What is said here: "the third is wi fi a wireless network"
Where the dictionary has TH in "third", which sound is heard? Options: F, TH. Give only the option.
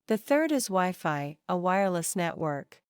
TH